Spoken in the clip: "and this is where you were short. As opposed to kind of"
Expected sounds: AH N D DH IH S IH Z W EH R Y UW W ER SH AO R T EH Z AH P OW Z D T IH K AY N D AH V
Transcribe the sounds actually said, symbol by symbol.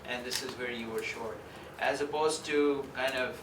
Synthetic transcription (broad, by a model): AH N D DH IH S IH Z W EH R Y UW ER SH AO R T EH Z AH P OW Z T IH K AY N D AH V